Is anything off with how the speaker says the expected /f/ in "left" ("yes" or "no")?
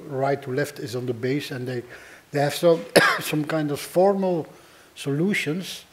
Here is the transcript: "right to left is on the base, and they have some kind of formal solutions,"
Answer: no